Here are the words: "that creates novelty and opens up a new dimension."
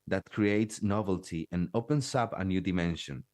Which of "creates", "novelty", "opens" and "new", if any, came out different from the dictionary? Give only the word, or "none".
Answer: opens